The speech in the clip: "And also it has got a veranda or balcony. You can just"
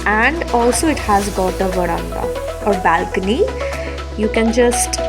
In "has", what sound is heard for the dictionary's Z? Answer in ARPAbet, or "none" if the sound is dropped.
Z